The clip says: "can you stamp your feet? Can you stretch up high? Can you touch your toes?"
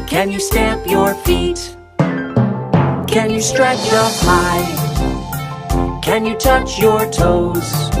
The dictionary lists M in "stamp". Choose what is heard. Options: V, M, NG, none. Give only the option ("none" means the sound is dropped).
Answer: M